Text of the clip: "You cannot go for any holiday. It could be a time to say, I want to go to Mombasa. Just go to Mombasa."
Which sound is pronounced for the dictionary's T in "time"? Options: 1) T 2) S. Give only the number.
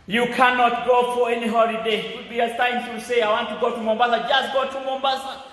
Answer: 2